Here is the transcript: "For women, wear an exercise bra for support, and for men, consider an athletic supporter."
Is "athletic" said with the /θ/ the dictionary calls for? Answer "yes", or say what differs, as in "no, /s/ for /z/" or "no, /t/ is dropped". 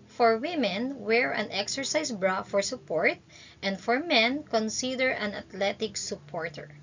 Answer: no, /t/ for /θ/